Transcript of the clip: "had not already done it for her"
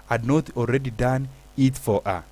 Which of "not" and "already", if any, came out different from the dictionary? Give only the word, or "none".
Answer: already